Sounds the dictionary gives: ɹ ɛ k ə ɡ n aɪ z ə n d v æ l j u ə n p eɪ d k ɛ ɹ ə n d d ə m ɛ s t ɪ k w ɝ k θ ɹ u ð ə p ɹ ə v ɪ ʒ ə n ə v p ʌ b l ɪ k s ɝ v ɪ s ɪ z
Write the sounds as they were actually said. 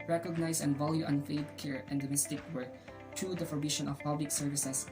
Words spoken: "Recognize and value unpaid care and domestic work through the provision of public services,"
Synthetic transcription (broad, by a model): ɹ ɛ k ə ɡ n aɪ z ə n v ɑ l j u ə n f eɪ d k ɛ ɹ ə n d d ə m ɛ s t ɪ k w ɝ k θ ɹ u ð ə f ɹ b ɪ ʃ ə n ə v p ʌ b l ɪ k s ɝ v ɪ s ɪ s